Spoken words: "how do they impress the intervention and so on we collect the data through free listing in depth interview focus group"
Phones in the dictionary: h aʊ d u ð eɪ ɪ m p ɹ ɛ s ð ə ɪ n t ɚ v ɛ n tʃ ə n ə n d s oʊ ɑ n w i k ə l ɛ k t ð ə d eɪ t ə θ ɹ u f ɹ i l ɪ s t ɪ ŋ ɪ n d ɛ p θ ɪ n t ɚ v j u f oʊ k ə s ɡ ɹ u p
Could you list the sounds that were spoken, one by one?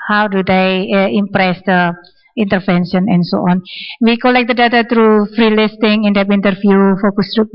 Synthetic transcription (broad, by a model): h aʊ d u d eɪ ɪ m p ɹ ɛ s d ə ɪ n t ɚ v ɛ n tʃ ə n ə n s oʊ ɑ n w i k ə l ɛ k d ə d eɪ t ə t ɹ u f ɹ i l ɪ s t ɪ ŋ ɪ n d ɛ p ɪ n t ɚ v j u f oʊ k ə s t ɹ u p